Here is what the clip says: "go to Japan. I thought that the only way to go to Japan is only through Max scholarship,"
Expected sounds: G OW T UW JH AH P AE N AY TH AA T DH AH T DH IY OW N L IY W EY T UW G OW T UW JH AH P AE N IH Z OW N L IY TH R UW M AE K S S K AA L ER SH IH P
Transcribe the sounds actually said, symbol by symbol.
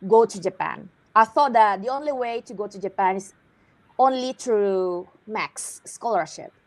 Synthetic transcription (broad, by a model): G OW T UW JH AH P AE N AY TH AA T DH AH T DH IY OW N L IY W EY T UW G OW T UW JH AH P AE N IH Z OW N L IY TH R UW M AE K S S K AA L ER SH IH P